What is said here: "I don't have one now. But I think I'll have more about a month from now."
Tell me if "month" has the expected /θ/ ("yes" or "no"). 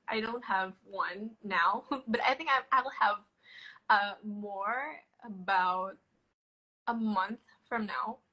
yes